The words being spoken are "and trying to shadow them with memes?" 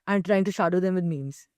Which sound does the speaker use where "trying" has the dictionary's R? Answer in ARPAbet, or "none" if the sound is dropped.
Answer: R